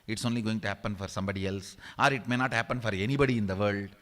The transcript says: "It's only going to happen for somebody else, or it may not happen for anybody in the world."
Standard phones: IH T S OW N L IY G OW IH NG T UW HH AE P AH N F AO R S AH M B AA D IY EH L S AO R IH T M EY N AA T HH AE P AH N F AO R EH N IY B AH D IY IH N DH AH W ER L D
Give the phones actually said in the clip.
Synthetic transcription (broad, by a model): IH T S OW N L IY G OW IH NG T UW HH AE P AH N F AO R S AH M B AA D IY EH L S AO R IH T M EY N AA T HH AE P AH N F AO R EH N IY B AH D IY IH N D AH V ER L D